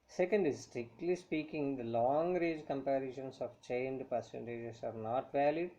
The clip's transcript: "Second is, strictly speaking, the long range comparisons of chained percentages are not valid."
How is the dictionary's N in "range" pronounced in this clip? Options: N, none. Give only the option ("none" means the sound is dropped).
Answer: none